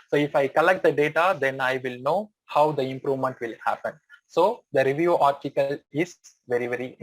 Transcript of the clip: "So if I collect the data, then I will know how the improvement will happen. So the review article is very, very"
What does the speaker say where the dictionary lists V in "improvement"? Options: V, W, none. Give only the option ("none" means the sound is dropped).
V